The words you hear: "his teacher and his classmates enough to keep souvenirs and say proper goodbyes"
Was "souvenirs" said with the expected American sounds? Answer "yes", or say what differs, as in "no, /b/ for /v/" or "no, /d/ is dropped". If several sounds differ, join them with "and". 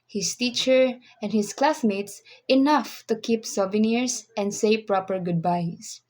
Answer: no, /s/ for /z/